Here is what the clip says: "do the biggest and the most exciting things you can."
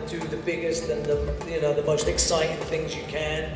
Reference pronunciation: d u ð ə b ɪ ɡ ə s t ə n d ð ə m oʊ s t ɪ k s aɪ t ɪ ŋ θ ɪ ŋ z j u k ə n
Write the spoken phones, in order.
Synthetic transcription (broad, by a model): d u ð ə b ɪ ɡ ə s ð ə n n ð ə m oʊ s t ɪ k s aɪ t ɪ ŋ θ ɪ ŋ z j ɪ k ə n